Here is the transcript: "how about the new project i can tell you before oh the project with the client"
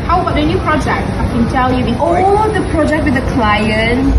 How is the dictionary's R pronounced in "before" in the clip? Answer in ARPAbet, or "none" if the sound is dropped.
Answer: L